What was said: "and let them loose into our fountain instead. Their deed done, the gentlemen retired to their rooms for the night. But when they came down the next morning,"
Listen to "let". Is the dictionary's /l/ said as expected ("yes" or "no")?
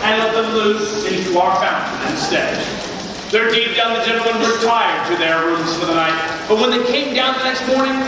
yes